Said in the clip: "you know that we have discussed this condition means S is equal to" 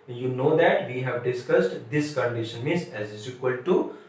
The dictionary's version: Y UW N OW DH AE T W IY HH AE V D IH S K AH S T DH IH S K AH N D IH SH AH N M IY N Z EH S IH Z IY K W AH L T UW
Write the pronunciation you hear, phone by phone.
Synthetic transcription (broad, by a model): Y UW N OW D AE T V IY HH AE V D IH S K AH S T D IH S K AH N D IH SH AH N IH Z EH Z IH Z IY K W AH L T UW